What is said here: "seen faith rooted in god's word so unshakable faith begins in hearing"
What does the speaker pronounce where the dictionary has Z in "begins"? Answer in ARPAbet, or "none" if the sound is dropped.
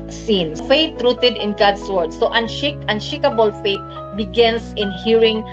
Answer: S